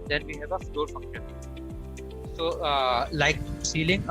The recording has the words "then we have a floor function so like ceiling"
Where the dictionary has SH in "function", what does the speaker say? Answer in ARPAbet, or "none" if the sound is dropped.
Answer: none